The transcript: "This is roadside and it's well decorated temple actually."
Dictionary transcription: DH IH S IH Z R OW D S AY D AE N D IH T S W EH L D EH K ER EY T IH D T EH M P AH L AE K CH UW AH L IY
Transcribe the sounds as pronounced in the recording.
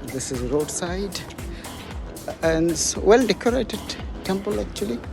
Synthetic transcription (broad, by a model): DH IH S IH Z R OW D S AY D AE N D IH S W EH L D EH K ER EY T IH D T EH M P AH L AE K CH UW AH L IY